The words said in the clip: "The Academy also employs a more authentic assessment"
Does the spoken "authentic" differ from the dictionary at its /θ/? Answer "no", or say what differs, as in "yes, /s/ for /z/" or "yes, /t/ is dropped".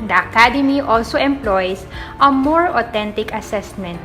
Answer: yes, /t/ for /θ/